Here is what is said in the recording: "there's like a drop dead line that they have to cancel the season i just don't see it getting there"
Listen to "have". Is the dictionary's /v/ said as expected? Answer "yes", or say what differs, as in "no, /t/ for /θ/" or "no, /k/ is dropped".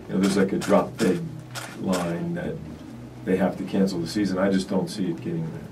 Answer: no, /f/ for /v/